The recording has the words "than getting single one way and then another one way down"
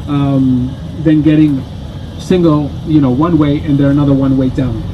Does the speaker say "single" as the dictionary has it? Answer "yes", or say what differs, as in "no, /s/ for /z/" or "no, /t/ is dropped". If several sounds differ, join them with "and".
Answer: no, /n/ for /l/